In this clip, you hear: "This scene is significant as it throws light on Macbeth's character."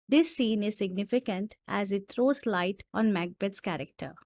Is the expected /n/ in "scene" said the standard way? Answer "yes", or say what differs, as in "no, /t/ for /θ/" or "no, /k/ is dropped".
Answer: yes